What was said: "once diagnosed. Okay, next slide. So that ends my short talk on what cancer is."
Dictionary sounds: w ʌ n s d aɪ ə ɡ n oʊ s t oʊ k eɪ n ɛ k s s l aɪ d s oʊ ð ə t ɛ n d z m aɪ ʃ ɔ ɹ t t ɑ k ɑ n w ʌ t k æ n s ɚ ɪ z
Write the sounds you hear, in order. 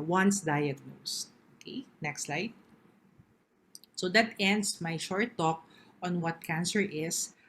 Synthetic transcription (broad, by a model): w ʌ n s d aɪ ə ɡ n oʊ s oʊ k eɪ n ɛ k s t l aɪ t s oʊ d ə t ɛ n d s m aɪ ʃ ɔ ɹ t t ɑ k ɑ n w ʌ t k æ n s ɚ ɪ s